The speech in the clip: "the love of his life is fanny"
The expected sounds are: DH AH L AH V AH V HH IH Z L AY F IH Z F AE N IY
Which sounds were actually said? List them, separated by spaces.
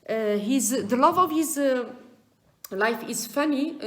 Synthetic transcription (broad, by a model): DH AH L AH V AH V HH IH Z L AY F IH Z F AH N IY